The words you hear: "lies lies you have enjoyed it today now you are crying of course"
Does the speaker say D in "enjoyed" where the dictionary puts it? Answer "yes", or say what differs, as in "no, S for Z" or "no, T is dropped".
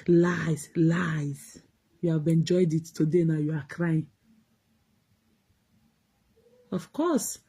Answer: yes